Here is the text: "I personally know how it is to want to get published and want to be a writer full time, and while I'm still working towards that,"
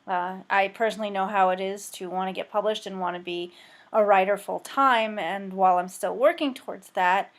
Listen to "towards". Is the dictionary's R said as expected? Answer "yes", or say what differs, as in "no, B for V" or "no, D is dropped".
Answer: yes